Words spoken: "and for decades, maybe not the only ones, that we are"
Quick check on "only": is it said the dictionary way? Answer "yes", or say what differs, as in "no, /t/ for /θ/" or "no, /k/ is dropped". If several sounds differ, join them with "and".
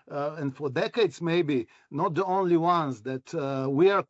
yes